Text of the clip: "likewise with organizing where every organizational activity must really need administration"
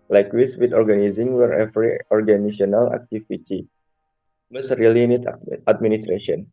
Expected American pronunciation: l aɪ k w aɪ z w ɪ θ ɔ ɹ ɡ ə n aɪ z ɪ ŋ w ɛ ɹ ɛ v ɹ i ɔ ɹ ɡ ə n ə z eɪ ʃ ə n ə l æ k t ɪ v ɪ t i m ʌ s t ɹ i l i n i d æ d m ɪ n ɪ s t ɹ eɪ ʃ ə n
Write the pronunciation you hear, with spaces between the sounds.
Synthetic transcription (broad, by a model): l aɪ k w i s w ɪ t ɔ ɹ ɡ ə n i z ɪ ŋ w ɛ ɹ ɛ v ɹ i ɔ ɹ ɡ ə n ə s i ə n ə l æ k t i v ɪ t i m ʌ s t ɹ i l i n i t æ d m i n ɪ s t ɹ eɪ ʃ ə n